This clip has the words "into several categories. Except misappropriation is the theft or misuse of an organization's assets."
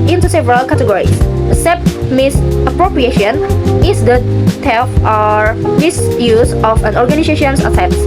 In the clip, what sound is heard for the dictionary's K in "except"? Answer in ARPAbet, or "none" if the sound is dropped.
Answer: none